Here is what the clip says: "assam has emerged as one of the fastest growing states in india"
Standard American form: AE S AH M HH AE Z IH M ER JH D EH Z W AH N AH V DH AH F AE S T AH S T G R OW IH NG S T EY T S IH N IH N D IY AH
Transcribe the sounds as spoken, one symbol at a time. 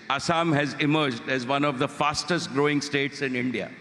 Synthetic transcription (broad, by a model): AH S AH M HH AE Z IH M ER JH D EH Z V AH N AH V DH AH F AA S T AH S T G R OW IH NG S T EY T S IH N IH N D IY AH